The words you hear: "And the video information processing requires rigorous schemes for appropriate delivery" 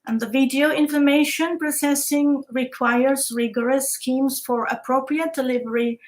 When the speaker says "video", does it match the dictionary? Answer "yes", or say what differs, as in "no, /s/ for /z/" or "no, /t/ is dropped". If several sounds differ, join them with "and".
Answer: yes